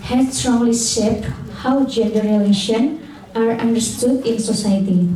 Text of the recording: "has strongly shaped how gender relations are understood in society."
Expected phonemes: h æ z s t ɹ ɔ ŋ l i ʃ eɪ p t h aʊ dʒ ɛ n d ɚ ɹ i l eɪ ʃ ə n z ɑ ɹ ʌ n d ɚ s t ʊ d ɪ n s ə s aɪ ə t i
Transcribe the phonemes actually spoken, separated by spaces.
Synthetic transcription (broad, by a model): h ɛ s t ɹ ɔ ŋ l i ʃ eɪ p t h aʊ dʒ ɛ n d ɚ ɹ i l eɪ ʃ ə n ɑ ɹ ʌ n d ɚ s t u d ɪ n s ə s aɪ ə t i